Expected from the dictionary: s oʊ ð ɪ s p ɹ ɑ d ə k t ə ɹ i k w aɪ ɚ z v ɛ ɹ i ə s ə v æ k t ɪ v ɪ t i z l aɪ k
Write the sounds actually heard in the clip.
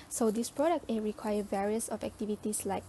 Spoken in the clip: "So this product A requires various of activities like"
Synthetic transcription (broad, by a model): s oʊ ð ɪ s p ɹ ɑ d ə k t ə ɹ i k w aɪ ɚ v ɛ ɹ i ə s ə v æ k t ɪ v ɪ t i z l aɪ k